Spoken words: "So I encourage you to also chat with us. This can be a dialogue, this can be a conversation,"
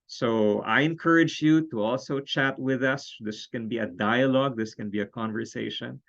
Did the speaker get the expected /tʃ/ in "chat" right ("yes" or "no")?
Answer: yes